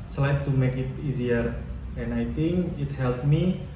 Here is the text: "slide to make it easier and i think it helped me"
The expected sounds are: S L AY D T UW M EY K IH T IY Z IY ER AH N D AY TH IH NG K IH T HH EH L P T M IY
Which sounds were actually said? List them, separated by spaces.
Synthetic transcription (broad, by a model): S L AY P T UW M EY K IH T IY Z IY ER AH N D AY T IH NG K IH T HH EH L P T M IY